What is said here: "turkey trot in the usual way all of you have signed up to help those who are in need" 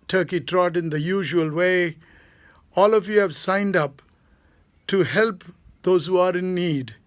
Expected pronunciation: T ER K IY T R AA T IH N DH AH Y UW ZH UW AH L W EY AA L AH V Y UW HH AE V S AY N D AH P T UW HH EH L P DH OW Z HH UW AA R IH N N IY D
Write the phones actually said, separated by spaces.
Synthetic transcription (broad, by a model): T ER K IY T R AA T IH N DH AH Y UW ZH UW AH L W EY AA L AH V Y UW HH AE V S AY N D AH P T UW HH EH L P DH OW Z HH UW AA R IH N N IY D